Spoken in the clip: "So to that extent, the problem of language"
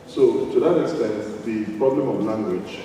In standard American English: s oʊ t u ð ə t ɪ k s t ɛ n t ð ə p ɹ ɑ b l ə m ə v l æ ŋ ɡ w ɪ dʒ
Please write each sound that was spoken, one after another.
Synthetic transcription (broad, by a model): s oʊ t u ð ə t ɪ k s t ɛ n t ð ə p ɹ ɑ b l ə m ə v l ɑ ŋ ɡ w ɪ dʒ